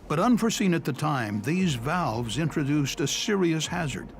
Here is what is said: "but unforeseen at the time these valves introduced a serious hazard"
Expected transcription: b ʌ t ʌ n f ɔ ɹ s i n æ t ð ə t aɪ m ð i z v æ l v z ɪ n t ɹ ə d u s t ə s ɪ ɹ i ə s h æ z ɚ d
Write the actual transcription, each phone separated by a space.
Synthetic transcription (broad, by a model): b ʌ t ʌ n f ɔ ɹ s i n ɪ t ð ə t aɪ m ð i z v æ l v z ɪ n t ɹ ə d u s t ə s ɪ ɹ i ə s h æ z ɚ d